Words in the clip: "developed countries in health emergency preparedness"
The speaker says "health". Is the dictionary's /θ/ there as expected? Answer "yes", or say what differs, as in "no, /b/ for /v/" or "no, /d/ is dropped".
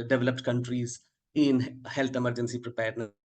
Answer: no, /t/ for /θ/